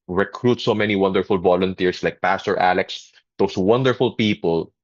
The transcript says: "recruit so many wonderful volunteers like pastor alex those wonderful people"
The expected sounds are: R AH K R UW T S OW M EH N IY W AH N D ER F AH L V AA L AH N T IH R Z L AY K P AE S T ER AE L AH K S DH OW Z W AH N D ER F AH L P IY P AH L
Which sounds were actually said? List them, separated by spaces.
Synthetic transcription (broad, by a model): R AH K R UW T S OW M EH N IY W AH N D ER F AH L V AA L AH N T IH R S L AY K P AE S T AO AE L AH K S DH OW S W AH N D ER F AH L P IY P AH L